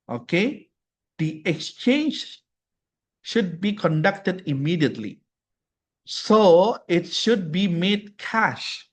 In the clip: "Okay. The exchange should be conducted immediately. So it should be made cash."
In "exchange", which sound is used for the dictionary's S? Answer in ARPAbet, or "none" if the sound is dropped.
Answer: S